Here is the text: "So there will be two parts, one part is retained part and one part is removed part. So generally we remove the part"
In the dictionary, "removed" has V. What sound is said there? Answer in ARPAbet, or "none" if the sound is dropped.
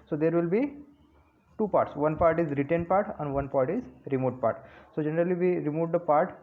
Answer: none